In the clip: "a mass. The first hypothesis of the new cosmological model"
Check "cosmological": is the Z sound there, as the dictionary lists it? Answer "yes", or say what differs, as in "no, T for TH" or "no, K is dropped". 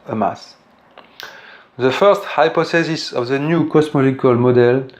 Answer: no, S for Z